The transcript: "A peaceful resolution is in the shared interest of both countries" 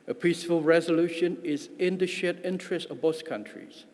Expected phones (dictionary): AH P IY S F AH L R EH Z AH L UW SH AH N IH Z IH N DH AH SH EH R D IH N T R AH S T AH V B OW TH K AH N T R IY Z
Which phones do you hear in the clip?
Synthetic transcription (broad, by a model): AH P IY S F AH L R EH Z AH L UW SH AH N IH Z IH N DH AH SH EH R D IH N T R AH S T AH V B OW S K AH N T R IY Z